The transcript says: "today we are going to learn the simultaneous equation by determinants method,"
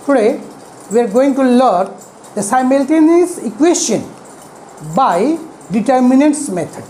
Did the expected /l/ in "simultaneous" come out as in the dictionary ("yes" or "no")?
yes